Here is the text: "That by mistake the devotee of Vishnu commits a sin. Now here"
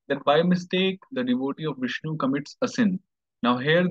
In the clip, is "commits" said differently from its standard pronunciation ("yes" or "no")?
no